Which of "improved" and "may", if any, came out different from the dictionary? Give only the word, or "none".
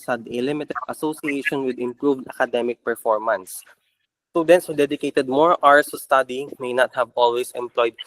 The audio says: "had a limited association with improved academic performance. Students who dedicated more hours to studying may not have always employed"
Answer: none